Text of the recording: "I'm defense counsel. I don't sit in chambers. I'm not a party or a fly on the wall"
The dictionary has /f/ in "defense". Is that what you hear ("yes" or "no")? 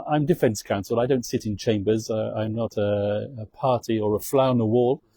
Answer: yes